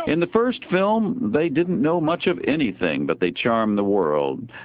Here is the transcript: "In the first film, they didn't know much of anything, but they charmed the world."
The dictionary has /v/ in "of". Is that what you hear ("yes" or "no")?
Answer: yes